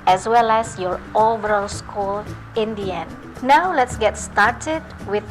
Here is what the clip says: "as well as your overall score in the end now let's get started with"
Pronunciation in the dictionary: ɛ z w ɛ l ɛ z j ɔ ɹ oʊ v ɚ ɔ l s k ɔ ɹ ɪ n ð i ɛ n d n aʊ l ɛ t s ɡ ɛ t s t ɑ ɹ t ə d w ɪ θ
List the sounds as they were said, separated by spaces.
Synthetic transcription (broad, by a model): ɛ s w ɛ l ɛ s j ɔ ɹ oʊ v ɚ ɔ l s k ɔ l ɪ n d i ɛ n n aʊ l ɛ t s ɡ ɛ t s t ɑ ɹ t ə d w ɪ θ